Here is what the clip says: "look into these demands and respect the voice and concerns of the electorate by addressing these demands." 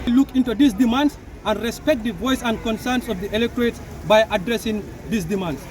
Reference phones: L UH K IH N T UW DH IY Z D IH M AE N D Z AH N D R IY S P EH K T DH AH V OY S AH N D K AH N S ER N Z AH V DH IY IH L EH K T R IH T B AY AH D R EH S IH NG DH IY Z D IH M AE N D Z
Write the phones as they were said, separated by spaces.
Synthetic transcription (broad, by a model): L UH K IH N T UW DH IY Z D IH M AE N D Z AH N D R IY S P EH K T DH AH V OY S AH N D K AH N S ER N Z AH V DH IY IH L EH K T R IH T B AY AH D R EH S IH NG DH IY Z D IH M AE N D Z